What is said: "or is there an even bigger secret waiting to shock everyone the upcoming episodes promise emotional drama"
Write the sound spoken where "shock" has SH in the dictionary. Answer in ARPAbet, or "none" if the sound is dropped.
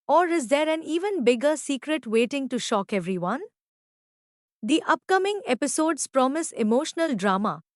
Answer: SH